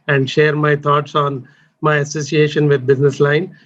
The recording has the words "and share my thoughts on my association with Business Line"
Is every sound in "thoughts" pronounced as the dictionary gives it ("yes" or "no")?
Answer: no